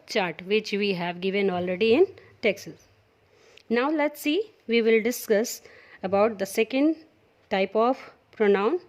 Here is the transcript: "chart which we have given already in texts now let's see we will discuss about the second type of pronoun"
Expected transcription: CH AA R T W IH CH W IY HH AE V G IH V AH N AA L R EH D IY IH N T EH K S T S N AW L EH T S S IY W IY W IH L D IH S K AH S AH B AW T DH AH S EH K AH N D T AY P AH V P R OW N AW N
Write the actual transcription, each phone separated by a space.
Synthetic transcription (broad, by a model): CH AA R T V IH CH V IY HH AE V G IH V AH N AA L R EH D IY IH N T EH K S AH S N AW L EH T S S IY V IY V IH L D IH S K AH S AH B AW T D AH S EH K AH N D T AY P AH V P R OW N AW N